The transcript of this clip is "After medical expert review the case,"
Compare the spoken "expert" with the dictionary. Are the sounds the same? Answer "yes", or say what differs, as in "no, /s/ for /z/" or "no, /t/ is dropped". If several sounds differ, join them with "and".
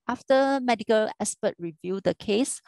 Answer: no, /k/ is dropped